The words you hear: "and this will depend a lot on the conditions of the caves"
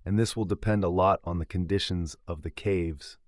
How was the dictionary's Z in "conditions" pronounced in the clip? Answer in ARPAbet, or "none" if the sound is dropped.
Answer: Z